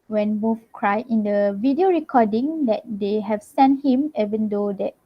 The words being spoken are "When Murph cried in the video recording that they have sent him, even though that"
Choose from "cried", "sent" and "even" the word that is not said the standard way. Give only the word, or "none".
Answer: cried